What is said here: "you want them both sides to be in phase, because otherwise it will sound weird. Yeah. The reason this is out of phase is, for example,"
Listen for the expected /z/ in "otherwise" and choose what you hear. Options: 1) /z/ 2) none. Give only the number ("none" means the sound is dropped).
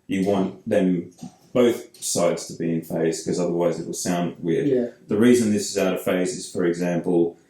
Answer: 1